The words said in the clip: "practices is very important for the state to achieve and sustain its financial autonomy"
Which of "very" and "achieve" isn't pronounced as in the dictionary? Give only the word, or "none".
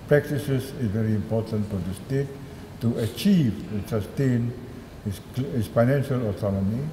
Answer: none